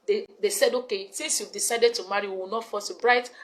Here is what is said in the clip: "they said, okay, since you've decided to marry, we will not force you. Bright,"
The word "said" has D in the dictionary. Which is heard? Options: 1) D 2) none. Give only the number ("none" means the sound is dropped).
1